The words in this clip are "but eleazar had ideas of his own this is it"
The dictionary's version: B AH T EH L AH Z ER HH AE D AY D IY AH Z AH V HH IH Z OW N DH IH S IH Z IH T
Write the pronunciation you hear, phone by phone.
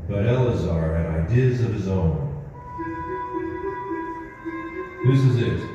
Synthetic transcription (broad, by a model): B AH T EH L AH Z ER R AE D AY D IY AH Z AH V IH Z OW N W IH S IH Z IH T